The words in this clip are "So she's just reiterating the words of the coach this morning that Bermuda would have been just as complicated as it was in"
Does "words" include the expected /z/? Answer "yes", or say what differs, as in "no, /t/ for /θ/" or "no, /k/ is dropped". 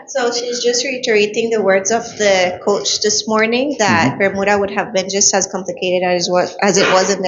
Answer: yes